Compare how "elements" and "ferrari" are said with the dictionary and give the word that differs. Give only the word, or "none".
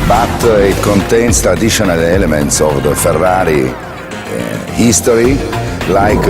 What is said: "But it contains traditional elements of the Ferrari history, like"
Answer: none